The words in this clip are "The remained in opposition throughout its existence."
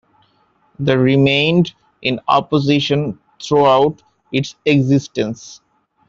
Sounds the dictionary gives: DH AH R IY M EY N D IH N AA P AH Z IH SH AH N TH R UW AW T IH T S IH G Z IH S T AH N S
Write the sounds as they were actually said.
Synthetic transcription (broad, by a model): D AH R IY M EY N D IH N AA P AH Z IH SH AH N T R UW AW T IH T S IH G Z IH S T AH N S